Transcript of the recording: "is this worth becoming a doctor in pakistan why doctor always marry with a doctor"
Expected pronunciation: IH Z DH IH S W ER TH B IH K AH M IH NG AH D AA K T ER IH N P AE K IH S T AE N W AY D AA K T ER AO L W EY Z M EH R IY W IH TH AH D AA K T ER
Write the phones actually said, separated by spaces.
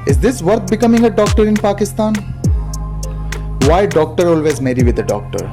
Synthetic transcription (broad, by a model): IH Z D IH S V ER T B IH K AH M IH NG AH D AA K T ER IH N P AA K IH S T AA N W AY D AA K T ER AO L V EY Z M EH R IY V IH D AH D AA K T ER